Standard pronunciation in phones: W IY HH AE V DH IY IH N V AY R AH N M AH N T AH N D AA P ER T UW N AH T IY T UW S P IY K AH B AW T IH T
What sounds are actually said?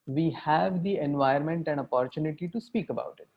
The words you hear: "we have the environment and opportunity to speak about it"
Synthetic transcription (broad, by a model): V IY HH AE V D IY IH N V AY AH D M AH N T AH N D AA P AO T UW N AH T IY T UW S P IY K AH B AW T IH T